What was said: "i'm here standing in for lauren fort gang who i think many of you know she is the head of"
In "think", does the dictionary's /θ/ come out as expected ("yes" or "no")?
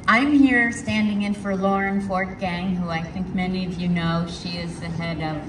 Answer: yes